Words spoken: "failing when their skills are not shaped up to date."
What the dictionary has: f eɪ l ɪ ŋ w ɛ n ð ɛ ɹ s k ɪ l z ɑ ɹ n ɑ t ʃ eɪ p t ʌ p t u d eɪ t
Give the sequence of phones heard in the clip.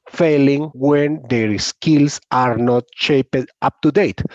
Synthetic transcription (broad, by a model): f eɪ l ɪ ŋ w ɛ n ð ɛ ɹ s k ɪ l s ɑ ɹ n ɑ t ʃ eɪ p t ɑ p t u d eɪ t